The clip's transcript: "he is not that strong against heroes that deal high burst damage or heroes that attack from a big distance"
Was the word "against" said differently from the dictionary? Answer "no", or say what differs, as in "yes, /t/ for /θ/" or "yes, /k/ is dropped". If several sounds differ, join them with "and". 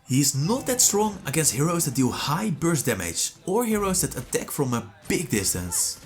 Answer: yes, /n/ is dropped